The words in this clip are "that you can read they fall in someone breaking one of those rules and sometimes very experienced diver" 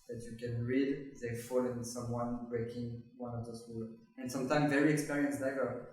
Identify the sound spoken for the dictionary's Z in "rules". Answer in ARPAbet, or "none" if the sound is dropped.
none